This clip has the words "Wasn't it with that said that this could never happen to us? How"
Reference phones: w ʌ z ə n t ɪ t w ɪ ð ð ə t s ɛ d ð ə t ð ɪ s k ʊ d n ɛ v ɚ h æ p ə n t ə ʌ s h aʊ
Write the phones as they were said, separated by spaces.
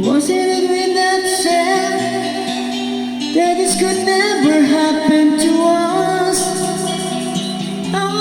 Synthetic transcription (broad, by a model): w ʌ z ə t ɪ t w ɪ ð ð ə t ʃ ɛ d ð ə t ð ɪ s k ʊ d n ɛ v ɚ h æ p ə n t ə ʌ s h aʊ